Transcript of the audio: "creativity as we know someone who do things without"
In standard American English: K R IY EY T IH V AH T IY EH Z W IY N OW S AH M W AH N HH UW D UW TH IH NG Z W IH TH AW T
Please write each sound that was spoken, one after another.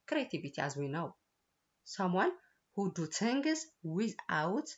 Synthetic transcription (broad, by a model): K R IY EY T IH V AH T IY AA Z W IY N OW S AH M W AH N HH UW D UW T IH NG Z W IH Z AW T